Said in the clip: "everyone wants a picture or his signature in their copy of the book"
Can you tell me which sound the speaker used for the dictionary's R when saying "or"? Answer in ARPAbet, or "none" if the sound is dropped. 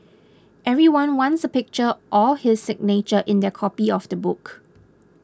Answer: L